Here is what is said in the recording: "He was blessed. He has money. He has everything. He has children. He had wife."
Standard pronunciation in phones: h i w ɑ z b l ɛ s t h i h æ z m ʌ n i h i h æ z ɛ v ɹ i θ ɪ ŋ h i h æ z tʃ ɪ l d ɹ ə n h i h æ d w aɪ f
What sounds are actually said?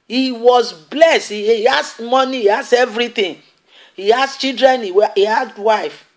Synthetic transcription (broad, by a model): h i w ɑ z b l ɛ s t h i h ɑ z m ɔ n i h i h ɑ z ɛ v ɹ i t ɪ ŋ h i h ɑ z tʃ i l d ɹ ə n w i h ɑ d w aɪ f